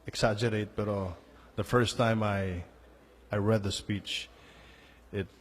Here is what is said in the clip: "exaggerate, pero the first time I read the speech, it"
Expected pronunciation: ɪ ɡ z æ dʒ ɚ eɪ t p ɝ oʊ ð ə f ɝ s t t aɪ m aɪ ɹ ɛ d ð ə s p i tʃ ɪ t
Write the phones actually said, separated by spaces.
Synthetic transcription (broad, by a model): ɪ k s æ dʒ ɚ eɪ t b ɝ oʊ ð ə f ɝ s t t aɪ m aɪ ɹ ɛ d ð ə s p i tʃ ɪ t